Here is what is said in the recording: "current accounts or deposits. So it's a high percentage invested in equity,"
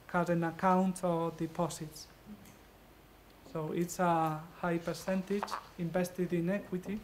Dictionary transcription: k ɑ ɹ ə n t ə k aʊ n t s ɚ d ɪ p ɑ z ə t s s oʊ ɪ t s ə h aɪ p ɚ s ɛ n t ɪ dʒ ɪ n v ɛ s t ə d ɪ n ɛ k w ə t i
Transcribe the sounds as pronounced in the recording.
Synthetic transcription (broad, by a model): k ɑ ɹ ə n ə k aʊ n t ɚ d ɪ p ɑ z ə t s s oʊ ɪ t s ə h aɪ p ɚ s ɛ n t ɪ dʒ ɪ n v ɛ s t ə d ɪ n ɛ k w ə t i